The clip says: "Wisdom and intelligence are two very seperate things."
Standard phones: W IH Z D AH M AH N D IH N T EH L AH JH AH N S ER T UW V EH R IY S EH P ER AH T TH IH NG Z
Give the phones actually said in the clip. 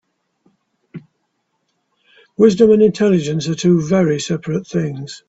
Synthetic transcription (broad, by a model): W IH Z D AH M AH N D IH N T EH L AH JH AH N S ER T UW V EH R IY S EH P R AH T TH IH NG Z